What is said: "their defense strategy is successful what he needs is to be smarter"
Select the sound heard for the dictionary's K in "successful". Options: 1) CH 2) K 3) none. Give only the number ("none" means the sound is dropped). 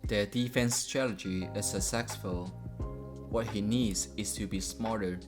3